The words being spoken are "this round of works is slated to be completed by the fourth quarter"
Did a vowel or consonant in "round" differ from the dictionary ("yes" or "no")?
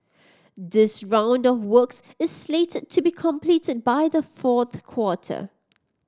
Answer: no